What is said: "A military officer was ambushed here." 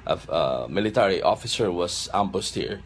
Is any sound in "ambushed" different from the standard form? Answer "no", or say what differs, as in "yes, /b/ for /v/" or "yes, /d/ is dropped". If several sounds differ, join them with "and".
yes, /s/ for /ʃ/